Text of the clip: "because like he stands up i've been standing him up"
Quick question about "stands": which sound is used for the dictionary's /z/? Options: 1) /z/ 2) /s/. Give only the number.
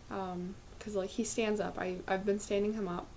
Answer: 1